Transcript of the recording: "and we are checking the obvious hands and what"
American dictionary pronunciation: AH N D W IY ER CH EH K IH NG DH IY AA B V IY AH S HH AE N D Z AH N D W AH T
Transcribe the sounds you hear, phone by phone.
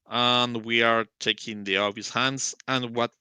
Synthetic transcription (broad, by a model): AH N W IY ER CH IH K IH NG DH IY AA V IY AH S HH AE N D Z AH N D W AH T